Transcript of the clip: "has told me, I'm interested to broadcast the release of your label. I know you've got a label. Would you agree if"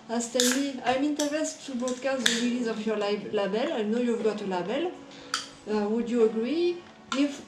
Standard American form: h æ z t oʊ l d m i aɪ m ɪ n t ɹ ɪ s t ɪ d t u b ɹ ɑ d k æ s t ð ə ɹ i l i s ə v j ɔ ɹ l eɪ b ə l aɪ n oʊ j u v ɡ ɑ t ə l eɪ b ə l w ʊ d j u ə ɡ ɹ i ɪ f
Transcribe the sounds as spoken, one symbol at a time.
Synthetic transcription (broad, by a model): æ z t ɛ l m i aɪ m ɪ n t ɪ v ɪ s t u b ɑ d k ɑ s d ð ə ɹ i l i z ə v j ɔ l l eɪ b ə l aɪ n oʊ j u v ɡ ɑ t ə l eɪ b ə l w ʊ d j u ə ɡ ɹ i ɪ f